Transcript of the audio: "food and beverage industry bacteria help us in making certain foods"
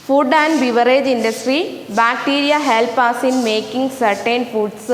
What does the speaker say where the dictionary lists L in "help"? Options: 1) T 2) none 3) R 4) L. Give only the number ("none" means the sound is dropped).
4